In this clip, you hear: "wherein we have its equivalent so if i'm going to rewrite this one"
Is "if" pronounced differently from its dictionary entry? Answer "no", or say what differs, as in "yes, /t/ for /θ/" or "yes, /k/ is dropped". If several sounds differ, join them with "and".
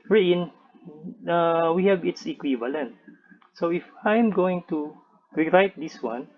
no